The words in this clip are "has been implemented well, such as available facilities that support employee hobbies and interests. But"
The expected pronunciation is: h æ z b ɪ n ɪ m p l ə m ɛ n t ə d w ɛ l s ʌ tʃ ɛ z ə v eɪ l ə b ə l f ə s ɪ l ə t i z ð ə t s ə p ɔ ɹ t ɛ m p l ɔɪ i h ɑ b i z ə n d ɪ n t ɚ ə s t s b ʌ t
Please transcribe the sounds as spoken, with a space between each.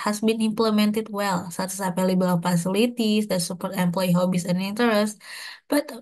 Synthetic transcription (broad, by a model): h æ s b ɪ n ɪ m p l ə m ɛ n t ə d w ɛ l s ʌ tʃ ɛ s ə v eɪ l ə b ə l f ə s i l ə t i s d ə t s ə p ɔ ɹ t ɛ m p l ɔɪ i h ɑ b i s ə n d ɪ n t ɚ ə s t b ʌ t